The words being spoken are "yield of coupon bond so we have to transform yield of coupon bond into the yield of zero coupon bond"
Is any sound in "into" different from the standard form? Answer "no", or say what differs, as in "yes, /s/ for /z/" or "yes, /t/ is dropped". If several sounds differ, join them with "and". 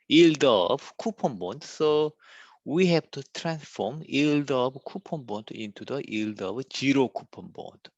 no